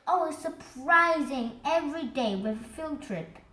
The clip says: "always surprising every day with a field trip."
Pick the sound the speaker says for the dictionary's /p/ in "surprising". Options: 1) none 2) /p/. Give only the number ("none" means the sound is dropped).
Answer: 2